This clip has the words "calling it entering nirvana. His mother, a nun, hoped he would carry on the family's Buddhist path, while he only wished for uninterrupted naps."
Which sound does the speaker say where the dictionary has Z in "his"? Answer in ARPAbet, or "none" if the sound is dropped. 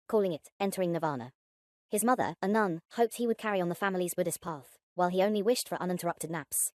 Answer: Z